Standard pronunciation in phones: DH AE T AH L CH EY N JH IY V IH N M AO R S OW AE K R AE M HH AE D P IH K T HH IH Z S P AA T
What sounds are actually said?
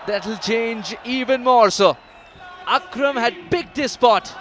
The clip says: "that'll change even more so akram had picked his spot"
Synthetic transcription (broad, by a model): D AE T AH L CH EY N JH IY V IH N M AO R S OW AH K R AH M HH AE D B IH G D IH S P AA T